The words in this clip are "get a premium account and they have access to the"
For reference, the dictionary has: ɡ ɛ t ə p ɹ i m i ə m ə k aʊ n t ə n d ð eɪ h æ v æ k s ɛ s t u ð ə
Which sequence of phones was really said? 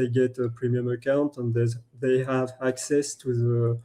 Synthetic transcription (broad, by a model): ɡ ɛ t ə p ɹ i m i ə m ə k aʊ n t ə n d ð eɪ h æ v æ k s ɛ s t u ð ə